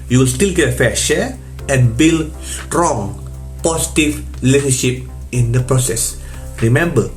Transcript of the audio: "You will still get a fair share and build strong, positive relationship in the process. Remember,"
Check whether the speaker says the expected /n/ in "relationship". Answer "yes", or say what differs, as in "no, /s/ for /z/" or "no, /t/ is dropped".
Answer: no, /n/ is dropped